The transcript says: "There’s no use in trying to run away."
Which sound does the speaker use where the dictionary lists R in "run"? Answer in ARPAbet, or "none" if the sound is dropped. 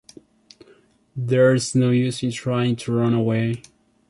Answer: R